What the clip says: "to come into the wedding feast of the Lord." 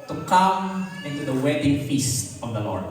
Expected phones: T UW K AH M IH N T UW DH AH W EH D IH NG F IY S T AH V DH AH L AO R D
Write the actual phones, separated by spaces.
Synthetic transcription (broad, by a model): T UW K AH M IH N T UW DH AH W EH D IH NG F IY S T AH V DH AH L AO R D